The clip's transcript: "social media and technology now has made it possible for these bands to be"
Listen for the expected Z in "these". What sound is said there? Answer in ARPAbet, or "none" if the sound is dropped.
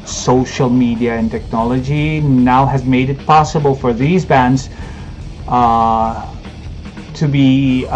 Z